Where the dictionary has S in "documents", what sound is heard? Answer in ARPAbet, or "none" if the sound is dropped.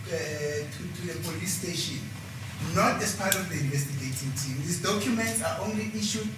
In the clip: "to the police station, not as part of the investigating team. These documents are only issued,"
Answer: S